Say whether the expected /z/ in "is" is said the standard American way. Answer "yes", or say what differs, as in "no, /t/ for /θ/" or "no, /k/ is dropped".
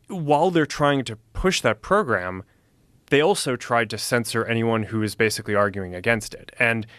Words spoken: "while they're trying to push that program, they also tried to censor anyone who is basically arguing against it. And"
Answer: yes